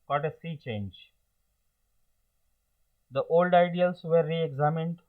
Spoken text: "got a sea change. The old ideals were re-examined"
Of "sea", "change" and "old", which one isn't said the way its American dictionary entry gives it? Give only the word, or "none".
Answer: none